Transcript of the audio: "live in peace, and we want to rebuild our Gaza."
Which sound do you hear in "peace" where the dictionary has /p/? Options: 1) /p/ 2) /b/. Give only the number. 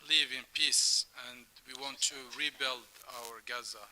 1